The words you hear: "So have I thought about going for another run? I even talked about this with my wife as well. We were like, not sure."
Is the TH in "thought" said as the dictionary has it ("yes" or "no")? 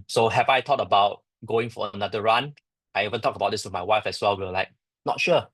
no